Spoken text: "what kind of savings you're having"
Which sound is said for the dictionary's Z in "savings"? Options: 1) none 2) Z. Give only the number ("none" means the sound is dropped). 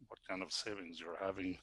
2